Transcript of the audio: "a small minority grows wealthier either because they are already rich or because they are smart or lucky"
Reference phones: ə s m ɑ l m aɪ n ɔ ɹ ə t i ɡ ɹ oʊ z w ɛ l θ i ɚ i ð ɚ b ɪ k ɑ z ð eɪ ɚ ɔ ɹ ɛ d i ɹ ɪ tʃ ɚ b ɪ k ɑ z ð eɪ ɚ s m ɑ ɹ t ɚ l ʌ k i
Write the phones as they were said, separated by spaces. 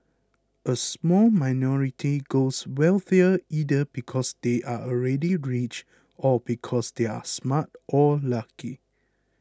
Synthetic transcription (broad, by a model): ə s m ɑ l m aɪ n ɔ ɹ ə t i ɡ oʊ s w ɛ l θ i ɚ i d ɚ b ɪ k ɑ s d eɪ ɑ ɔ ɹ ɛ d i ɹ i tʃ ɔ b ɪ k ɑ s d eɪ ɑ s m ɑ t t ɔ l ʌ k i